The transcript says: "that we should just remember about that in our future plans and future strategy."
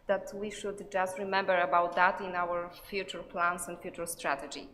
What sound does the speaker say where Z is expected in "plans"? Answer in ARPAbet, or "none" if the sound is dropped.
S